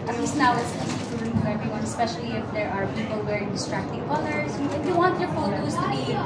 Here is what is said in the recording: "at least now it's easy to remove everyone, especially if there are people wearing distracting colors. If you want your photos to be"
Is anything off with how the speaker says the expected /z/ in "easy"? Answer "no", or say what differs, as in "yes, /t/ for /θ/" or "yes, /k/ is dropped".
yes, /s/ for /z/